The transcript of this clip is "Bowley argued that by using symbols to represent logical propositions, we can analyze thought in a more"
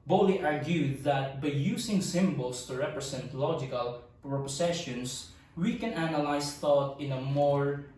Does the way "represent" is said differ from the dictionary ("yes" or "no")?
yes